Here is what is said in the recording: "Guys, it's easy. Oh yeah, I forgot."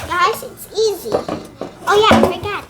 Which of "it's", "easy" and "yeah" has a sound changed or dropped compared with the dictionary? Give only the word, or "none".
none